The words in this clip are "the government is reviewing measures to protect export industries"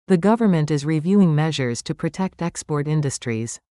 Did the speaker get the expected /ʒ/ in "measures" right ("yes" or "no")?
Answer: yes